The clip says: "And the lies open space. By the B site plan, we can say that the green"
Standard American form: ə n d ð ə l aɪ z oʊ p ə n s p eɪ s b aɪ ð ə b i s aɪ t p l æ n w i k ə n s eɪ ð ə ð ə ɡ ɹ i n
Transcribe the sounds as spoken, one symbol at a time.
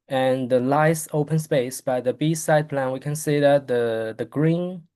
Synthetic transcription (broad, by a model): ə n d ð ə l aɪ s oʊ p ə n s p eɪ s b aɪ ð ə b i s aɪ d p l æ n w i k ə n s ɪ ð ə ð ə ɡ ɹ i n